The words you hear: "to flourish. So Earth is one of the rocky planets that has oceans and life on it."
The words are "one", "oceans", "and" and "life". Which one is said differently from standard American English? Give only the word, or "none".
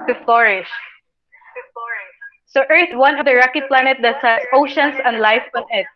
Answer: oceans